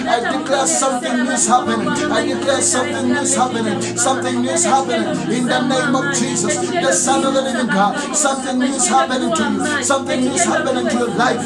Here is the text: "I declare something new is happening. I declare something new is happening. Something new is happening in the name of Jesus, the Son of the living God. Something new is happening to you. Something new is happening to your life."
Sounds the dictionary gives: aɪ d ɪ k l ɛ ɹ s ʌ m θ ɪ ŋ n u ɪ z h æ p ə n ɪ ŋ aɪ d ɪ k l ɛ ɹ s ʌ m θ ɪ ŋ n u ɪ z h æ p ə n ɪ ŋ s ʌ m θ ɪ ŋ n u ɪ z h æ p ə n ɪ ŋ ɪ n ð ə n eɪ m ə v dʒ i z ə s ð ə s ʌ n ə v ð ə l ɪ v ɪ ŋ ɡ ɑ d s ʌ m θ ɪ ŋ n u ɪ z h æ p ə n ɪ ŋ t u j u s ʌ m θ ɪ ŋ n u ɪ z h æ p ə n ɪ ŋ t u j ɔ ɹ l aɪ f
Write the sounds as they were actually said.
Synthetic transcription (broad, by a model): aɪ d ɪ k l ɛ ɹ s ʌ m t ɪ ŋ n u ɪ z h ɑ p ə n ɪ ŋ aɪ d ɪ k l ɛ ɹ s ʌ m t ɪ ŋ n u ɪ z h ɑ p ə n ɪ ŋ s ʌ m t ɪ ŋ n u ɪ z h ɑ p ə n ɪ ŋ ɪ n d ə n eɪ m ə v dʒ i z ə s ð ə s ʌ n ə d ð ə n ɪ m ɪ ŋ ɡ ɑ s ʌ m t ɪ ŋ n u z h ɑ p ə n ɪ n t u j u s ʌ m t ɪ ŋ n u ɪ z h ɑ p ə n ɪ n t u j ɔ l aɪ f